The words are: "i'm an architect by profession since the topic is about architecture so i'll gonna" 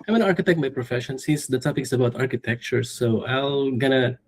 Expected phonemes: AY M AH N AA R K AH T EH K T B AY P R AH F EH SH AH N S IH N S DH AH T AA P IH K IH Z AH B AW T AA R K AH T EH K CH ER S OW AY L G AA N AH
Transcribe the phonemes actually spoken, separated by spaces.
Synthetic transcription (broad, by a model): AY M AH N AA R K AH T EH K T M AY P R AH F EH SH AH N S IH S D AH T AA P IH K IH S AH B AW T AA R K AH T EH K CH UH S OW AY L G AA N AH